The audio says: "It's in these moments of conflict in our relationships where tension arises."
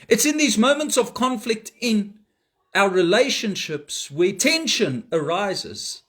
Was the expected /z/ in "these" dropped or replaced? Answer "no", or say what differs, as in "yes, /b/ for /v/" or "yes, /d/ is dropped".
no